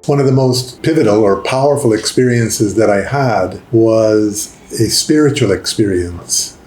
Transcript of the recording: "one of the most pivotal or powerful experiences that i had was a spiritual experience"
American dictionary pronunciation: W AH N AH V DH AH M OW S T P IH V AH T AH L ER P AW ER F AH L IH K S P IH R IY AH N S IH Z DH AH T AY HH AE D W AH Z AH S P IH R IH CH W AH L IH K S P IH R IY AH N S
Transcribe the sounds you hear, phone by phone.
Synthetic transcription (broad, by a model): W AH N AH V DH AH M OW S T P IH V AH T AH L ER P AW ER F L IH K S P IH R IY AH N S IH Z DH AH T AY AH D W AH Z AH S P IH R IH CH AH L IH K S P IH R IY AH N S